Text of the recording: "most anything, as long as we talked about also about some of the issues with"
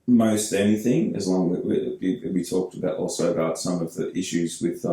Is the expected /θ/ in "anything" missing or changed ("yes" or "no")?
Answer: no